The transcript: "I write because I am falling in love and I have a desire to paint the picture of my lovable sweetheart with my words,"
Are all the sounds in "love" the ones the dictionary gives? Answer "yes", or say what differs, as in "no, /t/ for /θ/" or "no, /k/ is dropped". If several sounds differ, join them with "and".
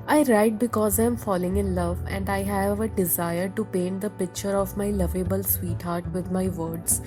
yes